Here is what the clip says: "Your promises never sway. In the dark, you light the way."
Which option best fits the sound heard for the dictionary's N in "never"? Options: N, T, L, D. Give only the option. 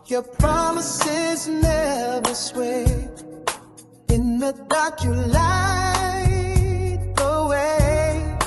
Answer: N